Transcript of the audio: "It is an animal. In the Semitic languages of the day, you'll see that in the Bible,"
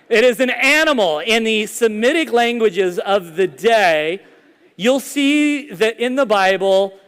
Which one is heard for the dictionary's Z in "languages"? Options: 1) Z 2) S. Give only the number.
1